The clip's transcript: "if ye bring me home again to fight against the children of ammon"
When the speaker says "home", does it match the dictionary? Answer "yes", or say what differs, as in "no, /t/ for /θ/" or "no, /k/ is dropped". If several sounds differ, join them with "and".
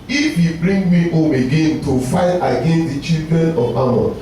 yes